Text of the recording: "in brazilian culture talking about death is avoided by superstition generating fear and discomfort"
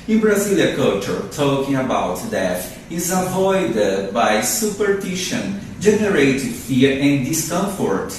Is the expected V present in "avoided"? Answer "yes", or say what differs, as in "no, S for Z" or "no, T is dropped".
yes